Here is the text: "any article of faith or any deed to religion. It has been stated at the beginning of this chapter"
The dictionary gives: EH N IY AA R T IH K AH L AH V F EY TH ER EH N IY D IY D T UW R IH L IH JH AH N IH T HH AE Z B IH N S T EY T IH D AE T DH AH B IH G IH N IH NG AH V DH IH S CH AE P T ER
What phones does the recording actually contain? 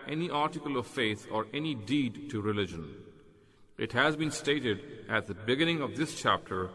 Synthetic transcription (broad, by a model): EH N IY AA R T IH K AH L AH V F EY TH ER EH N IY D IY D T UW R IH L IH JH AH N IH T HH AE Z B IH N S T EY T IH D AE T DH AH B IH G IH N IH NG AH V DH IH S CH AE P T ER